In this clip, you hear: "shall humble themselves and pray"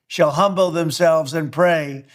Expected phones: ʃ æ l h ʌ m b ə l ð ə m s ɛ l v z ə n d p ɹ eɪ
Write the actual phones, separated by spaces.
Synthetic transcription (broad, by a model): ʃ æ l h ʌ m b l ð ə m s ɛ l v z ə n p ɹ eɪ